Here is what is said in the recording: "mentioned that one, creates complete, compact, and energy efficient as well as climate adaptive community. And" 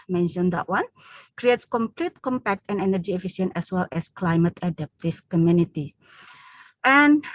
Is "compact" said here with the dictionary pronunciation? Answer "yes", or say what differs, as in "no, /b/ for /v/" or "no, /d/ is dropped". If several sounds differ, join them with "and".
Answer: yes